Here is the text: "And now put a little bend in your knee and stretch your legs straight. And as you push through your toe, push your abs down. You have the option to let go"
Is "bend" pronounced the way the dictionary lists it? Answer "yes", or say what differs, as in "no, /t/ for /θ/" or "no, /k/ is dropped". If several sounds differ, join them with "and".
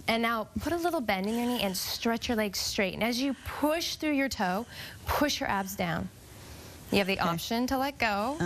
yes